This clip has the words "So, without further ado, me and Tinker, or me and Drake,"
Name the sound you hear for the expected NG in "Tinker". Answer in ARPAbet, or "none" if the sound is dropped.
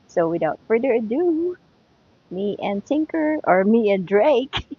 NG